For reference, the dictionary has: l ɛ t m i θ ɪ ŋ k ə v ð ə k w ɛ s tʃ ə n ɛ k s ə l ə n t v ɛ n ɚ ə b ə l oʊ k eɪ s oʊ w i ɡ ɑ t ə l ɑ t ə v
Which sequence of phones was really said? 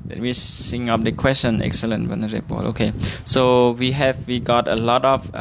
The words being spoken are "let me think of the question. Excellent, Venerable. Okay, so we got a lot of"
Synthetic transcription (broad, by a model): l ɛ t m i s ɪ ŋ ə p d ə k w ɛ s tʃ ə n ɛ k s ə l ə n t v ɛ n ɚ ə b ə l oʊ k eɪ s oʊ w i ɡ ɑ t ə l ɑ t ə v